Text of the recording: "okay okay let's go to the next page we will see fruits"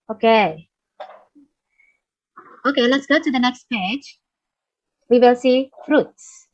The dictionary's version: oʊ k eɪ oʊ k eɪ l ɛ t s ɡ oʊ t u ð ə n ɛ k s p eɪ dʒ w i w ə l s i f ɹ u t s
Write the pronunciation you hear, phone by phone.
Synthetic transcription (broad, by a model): oʊ k eɪ oʊ k eɪ l ɛ t s ɡ oʊ t u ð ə n ɛ k s p eɪ dʒ w i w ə l s i f ɹ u t s